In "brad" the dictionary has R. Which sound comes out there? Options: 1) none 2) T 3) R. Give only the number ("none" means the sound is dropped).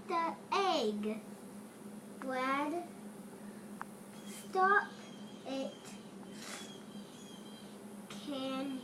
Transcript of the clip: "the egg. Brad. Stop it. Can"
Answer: 1